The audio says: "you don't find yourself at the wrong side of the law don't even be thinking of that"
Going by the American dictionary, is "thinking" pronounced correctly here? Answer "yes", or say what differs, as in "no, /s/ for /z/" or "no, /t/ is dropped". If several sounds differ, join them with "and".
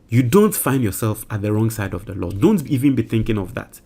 yes